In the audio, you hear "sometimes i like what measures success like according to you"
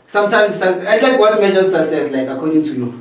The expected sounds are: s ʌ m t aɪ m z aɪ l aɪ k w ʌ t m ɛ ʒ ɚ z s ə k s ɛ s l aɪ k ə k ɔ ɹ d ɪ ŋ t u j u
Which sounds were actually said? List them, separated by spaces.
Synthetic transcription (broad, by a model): s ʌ m t aɪ m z aɪ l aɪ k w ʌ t m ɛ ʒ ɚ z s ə s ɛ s l aɪ k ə k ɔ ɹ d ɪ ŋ t u j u